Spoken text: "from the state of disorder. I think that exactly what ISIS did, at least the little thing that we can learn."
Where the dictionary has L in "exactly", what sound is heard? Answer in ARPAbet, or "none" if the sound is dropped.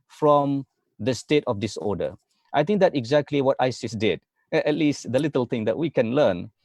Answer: L